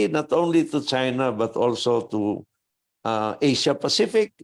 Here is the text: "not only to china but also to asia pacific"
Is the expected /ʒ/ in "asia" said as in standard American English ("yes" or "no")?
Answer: no